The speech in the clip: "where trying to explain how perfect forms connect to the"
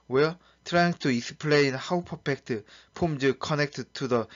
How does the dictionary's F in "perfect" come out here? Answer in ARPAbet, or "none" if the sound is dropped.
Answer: P